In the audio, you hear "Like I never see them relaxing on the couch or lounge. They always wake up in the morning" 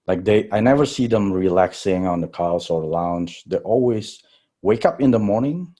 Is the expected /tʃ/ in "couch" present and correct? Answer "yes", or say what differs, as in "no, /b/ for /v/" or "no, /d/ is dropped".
no, /s/ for /tʃ/